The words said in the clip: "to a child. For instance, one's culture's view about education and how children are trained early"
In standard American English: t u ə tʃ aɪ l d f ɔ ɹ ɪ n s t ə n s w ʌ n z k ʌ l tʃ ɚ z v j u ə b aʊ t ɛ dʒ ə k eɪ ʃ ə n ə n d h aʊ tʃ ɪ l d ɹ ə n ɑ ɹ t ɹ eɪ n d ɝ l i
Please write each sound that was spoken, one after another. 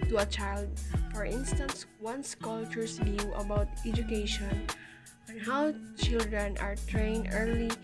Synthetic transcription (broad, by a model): t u ə tʃ aɪ l d f ɔ ɹ ɪ n s t ə n s w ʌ n s k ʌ l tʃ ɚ s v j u ə b aʊ t ɛ dʒ ə k eɪ ʃ ə n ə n h aʊ tʃ ɪ l d ɹ ə n ɑ ɹ t ɹ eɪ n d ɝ l i